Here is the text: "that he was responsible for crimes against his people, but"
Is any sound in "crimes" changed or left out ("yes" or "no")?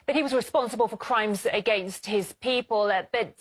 no